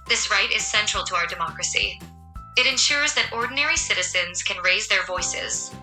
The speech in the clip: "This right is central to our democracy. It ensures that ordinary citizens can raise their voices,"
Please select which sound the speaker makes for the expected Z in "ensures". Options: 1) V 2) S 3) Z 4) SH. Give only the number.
3